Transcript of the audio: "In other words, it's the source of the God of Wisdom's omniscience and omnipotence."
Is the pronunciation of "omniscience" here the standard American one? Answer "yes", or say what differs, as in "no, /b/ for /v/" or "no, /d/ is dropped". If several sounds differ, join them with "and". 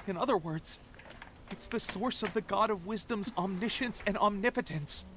yes